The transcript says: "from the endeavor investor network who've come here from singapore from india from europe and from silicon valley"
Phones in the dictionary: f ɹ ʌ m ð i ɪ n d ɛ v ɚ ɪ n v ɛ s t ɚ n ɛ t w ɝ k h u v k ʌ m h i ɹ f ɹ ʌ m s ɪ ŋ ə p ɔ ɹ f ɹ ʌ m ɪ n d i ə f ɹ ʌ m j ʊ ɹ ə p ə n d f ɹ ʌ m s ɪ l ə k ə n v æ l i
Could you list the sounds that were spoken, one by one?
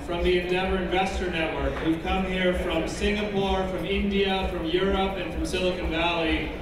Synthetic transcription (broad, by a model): f ɹ ʌ m ð i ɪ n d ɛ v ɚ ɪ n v ɛ s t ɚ n ɛ t w ɝ k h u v k ʌ m h i ɹ f ɹ ʌ m s ɪ ŋ ə p ɔ ɹ f ɹ ʌ m ɪ n d i ə f ɹ ʌ m j ʊ ɹ ə p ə n f ɹ ʌ m s ɪ l ə k ə n v æ l i